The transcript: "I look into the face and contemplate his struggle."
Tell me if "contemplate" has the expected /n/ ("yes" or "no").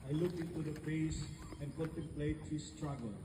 no